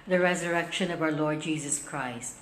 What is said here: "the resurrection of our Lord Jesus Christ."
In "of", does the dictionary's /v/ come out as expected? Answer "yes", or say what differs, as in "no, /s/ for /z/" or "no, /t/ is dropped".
yes